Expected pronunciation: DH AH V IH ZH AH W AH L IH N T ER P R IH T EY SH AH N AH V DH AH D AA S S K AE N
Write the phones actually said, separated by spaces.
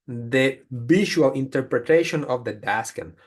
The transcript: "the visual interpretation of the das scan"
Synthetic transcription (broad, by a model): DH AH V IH SH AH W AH L IH N T ER P R IH T EY SH AH N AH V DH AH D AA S S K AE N